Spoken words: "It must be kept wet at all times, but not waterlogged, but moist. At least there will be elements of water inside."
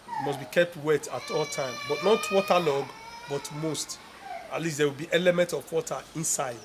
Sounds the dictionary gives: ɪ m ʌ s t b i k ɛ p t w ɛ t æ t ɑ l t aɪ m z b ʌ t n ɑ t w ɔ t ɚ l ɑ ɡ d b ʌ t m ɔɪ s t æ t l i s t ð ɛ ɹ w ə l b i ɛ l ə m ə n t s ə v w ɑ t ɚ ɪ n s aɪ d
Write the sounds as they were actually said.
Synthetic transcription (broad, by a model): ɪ m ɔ s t b i k ɛ p t w ɛ t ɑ t ɑ l t aɪ m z b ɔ t n ɑ t w ɔ t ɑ l ɑ ɡ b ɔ t m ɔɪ s t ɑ t l i s t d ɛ w ə l b i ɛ l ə m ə n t ə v w ɑ t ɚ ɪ n s aɪ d